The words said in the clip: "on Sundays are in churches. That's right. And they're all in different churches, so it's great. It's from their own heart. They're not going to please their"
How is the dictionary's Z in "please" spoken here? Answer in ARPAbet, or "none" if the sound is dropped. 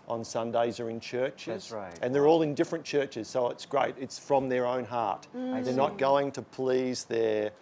Z